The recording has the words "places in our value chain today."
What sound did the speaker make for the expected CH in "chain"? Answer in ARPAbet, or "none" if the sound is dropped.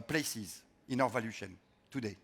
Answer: SH